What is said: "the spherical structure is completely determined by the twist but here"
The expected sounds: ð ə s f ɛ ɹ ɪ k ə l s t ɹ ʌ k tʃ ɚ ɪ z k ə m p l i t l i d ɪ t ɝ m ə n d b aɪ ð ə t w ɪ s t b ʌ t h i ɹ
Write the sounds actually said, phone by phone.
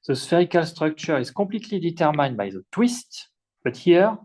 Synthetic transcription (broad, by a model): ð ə s f ɛ ɹ ɪ k ə l s t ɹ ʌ k tʃ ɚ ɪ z k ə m p l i t l i d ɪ t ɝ m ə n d b aɪ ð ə t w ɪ s t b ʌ t h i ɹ